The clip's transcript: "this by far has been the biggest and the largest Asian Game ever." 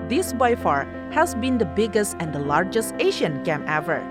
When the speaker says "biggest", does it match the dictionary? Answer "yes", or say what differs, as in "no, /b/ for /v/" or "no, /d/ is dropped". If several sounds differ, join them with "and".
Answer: yes